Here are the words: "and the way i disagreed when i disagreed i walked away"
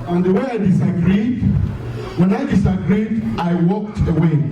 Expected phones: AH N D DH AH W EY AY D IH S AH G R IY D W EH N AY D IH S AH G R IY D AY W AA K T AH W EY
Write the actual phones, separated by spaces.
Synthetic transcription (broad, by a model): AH N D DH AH W EY AY D IH S AH G R IY D W EH N AY D IH S AH G R IY D AY W AA K T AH W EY